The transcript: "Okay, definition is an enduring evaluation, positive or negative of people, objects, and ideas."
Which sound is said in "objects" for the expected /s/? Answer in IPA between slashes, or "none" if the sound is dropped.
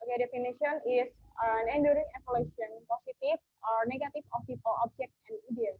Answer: none